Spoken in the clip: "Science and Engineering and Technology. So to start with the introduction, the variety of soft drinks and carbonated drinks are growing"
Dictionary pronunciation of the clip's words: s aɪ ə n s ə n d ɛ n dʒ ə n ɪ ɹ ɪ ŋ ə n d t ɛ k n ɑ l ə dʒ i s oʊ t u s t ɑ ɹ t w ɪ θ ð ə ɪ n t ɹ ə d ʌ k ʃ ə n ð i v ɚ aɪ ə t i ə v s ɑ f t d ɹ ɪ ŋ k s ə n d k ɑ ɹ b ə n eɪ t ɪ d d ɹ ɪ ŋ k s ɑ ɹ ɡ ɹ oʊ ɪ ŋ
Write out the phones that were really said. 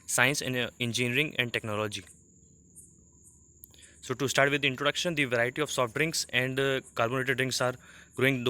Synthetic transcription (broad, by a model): s aɪ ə n s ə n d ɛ n dʒ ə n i ɹ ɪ ŋ ə n d t ɛ k n ɑ l ə dʒ i s oʊ t u s t ɑ ɹ t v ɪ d ɪ n t ɹ ə d ʌ k ʃ ə n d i v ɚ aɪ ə t i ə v s ɑ f t d ɹ ɪ ŋ k s ə n d k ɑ l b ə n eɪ t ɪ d d ɹ ɪ ŋ k s ɑ ɹ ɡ ɹ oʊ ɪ ŋ